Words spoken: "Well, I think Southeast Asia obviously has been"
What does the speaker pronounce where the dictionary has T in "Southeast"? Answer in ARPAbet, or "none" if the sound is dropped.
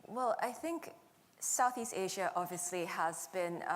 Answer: T